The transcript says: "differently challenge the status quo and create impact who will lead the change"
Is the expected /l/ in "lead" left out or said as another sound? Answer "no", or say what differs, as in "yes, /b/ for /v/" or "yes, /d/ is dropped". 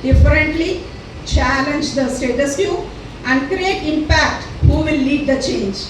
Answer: no